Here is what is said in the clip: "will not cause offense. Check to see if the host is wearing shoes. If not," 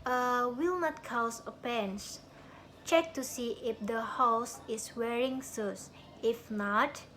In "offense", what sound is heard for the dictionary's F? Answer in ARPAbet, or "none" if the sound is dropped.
P